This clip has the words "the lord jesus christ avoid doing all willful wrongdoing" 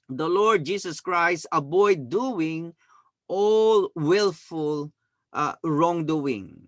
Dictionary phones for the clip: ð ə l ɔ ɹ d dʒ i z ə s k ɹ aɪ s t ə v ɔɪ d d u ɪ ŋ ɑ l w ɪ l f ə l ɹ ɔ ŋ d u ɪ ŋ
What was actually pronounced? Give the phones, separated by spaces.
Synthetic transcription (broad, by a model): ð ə l ɔ ɹ d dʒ i s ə s k ɹ aɪ s t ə b ɔɪ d d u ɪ ŋ ɑ l w ɪ l f ə l ɹ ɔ ŋ d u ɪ ŋ